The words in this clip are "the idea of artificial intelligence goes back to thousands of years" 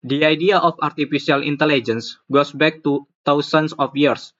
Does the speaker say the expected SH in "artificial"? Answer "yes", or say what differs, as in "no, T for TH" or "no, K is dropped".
no, S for SH